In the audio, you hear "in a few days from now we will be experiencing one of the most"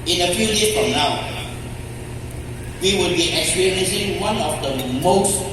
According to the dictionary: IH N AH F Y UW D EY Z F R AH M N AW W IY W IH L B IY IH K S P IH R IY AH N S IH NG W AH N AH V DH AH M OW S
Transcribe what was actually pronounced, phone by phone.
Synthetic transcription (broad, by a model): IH N AH F Y UW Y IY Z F R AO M N AW W IY W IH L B IY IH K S IY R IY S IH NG W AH N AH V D AH M OW S